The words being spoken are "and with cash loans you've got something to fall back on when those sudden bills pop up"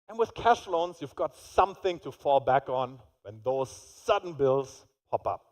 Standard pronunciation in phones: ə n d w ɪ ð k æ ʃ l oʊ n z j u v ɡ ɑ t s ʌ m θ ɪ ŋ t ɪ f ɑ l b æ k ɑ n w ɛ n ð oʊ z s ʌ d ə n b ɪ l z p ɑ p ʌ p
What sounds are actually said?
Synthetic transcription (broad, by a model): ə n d w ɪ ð k æ ʃ l oʊ n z j u v ɡ ɑ t s ʌ m θ ɪ ŋ t ɪ f ɑ l b æ k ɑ n w ɛ n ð oʊ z s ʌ d n b ɪ l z p ɑ p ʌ p